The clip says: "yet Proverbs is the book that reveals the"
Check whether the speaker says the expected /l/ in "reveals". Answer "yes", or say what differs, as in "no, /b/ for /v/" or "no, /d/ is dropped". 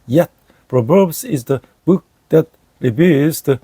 no, /l/ is dropped